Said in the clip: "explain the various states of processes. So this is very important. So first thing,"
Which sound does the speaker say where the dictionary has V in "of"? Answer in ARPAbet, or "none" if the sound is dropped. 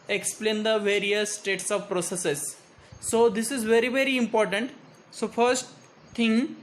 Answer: V